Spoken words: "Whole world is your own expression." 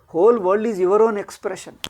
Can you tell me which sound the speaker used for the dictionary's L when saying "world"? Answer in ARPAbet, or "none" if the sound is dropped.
none